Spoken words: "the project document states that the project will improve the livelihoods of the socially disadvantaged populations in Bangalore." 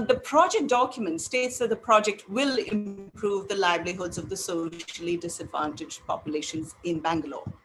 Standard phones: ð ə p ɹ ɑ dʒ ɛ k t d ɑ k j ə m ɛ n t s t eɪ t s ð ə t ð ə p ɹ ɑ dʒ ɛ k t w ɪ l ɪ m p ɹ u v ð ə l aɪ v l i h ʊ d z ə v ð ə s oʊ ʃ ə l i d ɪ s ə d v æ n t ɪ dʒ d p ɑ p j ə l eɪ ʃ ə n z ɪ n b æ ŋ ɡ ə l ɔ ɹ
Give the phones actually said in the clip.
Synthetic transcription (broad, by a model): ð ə p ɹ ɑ dʒ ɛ k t d ɑ k j ə m ɛ n t s t eɪ t s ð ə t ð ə p ɹ ɑ dʒ ɛ k t w ɪ l ɪ m p ɹ u v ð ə l aɪ b l i h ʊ d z ə v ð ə s oʊ ʃ ə l i d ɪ s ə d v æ n t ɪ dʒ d p ɑ p j ə l eɪ ʃ ə n z ɪ n b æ ŋ ɡ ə l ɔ